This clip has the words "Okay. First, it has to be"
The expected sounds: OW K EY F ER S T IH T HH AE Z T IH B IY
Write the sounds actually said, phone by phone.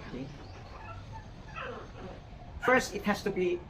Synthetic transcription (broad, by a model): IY F ER S T IH T HH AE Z T IH B IY